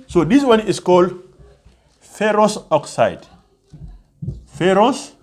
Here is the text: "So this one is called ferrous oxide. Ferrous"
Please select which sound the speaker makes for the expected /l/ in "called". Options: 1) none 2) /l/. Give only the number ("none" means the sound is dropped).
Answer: 2